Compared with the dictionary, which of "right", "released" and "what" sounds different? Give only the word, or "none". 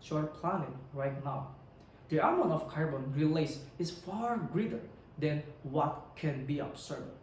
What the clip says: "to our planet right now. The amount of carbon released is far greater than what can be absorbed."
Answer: released